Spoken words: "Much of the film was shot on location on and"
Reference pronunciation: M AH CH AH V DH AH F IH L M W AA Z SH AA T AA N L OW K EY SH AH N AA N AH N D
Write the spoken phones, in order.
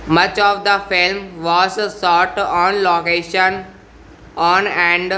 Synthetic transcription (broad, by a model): M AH CH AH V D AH F IH L M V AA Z S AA T AA N L OW K EY SH AH N AA N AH N D